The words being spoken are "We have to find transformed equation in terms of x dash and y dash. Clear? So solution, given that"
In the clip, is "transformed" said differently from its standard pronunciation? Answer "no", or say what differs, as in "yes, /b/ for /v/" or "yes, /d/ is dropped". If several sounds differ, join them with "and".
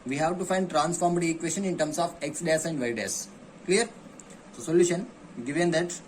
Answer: no